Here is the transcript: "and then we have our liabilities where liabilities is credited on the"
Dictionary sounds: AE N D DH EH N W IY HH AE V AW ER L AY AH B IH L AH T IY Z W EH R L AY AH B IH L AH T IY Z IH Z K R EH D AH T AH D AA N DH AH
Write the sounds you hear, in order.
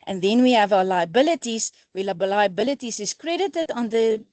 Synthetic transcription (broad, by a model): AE N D DH EH N W IY HH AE V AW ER L AY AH B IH L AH T IY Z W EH L L AY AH B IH L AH T IY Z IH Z K R EH D AH T AH D AA N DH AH